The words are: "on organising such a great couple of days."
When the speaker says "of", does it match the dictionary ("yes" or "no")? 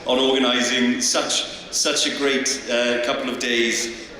yes